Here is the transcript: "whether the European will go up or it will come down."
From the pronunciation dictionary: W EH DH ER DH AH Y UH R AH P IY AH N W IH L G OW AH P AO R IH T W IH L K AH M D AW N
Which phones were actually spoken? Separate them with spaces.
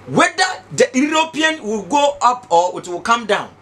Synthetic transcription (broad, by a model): W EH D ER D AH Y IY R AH P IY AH N W IH L G OW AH P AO W IH T W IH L K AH M D AW N